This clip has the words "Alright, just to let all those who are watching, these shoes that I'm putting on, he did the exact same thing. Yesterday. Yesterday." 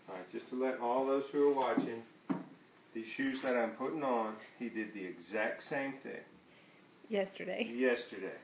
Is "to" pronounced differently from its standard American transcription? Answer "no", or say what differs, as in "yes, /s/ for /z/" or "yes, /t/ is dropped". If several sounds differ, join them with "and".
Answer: no